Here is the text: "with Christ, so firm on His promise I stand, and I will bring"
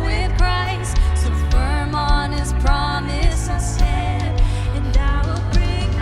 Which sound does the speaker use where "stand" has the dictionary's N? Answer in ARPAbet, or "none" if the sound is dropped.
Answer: none